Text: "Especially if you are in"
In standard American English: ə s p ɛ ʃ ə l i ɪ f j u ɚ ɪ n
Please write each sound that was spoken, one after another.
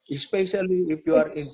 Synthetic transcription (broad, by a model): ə s p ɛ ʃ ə l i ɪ p j u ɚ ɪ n